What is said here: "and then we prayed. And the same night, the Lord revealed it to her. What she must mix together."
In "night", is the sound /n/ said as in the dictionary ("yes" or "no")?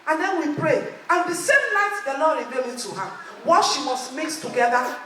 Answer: no